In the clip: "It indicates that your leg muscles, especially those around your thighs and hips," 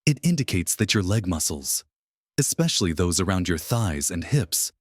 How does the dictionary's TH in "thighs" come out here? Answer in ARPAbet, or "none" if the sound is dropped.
TH